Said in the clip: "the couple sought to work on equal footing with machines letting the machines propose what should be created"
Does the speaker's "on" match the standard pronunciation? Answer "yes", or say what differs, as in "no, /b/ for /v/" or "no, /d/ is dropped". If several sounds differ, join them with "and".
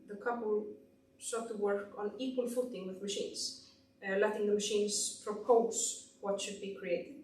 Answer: yes